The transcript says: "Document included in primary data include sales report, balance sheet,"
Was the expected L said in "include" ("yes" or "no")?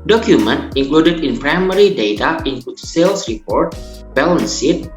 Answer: no